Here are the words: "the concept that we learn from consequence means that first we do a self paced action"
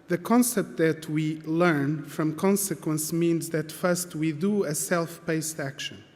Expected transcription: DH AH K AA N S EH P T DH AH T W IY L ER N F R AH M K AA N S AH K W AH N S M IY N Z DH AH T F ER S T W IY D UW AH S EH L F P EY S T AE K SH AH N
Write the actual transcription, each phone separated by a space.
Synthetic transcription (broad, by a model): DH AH K AA N S EH P T DH AH T W IY L ER N F R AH M K AA N S AH K W AH N S M IY N Z DH AH T F ER S T W IY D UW AH S EH L F B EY S T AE K SH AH N